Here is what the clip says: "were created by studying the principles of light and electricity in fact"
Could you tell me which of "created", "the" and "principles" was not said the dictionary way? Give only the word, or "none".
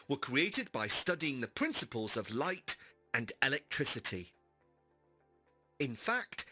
none